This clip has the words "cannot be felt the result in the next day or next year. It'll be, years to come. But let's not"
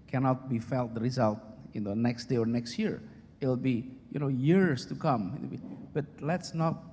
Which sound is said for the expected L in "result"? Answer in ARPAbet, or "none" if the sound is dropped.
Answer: L